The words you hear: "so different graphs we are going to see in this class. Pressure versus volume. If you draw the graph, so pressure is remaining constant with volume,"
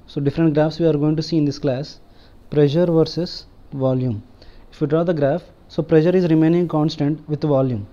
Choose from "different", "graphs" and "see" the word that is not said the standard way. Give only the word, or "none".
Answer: none